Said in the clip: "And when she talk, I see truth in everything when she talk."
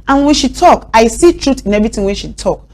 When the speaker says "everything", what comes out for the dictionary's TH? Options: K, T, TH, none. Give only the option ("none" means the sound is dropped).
T